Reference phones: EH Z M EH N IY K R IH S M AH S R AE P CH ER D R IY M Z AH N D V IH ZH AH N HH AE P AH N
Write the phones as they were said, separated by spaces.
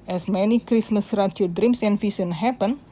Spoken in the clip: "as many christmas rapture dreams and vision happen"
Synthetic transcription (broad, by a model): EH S M EH N IY K R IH S M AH S R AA CH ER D R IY M S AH N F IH S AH N HH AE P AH N